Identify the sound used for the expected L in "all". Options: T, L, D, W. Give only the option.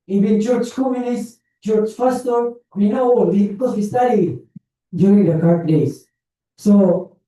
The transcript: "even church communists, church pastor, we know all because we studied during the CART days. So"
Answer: W